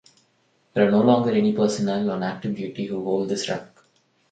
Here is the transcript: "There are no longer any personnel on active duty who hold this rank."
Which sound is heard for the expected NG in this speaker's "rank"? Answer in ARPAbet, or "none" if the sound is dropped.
none